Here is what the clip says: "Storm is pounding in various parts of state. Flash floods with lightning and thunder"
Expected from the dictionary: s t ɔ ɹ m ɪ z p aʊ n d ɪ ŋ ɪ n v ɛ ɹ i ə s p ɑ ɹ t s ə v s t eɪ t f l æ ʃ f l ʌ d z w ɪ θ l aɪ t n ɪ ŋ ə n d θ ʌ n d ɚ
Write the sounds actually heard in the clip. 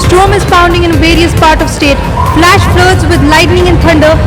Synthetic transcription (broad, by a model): s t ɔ m ɪ z f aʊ n d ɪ ŋ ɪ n v ɛ ɹ i ə s p ɑ ɹ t ə v s t eɪ t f l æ ʃ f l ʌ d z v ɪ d l aɪ t n ɪ ŋ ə n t ʌ n d ɚ